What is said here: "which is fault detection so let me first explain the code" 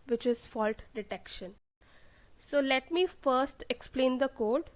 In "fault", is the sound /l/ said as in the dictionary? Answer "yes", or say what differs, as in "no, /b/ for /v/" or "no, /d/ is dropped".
yes